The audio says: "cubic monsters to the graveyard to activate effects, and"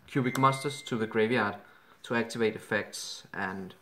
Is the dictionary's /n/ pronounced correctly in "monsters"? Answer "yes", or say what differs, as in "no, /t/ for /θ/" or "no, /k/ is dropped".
no, /n/ is dropped